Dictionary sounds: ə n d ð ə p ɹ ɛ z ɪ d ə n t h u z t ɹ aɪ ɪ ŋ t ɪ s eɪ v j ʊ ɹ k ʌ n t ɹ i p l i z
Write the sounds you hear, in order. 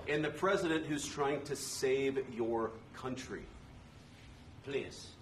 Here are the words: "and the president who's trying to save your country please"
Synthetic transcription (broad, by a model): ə n ð ə p ɹ ɛ z ɪ d ə n t h u z t ɹ aɪ ɪ ŋ t ɪ s eɪ v j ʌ ɹ k ʌ n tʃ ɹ i p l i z